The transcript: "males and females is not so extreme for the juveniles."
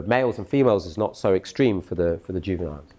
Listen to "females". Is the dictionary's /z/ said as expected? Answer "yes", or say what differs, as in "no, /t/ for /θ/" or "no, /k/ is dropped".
yes